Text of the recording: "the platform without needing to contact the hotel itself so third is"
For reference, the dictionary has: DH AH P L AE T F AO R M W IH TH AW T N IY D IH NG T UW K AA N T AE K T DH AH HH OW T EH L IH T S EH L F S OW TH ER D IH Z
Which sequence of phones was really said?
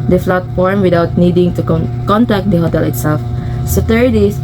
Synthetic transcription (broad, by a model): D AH F L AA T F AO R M W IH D AW T N IY D IH NG T UW K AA N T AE K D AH HH OW T EH L IH T S EH L F S OW T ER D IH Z